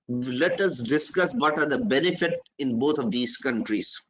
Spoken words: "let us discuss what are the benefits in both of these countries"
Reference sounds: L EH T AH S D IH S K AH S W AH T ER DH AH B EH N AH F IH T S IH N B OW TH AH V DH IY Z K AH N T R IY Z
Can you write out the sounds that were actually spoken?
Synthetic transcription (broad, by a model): L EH T AH S D IH S K AH S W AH T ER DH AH B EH N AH F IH T IH N B OW T AH V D IY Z K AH N T R IY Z